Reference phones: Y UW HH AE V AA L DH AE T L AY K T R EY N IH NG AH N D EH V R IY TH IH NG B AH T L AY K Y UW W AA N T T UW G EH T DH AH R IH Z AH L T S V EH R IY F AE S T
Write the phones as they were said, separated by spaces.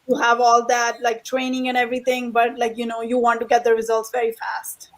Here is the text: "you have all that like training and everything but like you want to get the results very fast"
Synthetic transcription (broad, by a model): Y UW HH AE V AA L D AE T L AY K T R EY N IH NG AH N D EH V R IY T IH NG B AH T L AY K Y UW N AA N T T UW G EH T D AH R IH Z AH L T S V EH R IY F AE S T